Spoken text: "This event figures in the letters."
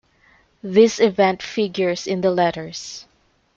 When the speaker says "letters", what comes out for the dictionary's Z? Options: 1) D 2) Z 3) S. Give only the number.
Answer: 3